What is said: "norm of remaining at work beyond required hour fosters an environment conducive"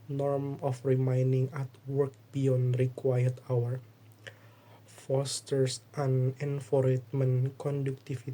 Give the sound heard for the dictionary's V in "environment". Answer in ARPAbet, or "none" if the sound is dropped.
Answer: F